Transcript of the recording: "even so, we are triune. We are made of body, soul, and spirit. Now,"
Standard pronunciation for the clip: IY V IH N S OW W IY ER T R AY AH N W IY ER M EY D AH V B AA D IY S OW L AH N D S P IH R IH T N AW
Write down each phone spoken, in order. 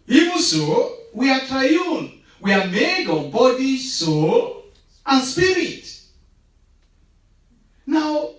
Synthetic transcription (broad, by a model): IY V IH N S OW W IY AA T R AY AH N W IY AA M EY D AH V B AA D IY S OW L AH N S P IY R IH T N AW